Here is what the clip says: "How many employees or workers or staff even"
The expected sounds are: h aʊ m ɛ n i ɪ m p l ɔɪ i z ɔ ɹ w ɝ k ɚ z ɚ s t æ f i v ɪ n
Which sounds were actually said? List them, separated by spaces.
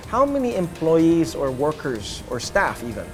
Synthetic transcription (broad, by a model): h aʊ m ɛ n i ɪ m p l ɔɪ i z ɔ ɹ w ɝ k ɚ z ɚ s t æ f i v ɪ n